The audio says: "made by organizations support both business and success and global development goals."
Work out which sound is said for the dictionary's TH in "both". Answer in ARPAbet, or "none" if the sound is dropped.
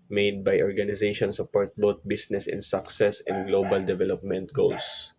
T